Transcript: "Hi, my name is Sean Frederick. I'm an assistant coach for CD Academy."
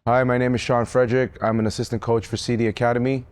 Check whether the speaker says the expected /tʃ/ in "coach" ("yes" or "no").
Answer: yes